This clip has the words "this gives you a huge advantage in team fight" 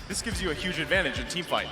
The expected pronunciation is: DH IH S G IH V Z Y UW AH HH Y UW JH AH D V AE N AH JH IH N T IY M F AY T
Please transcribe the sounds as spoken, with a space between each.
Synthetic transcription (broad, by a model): DH IH S G IH V Z Y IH AH HH Y UW JH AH D V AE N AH JH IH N T IY M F AY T